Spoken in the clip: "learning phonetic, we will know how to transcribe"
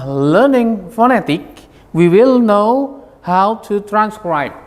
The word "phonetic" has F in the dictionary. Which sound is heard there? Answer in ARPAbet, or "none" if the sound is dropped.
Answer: F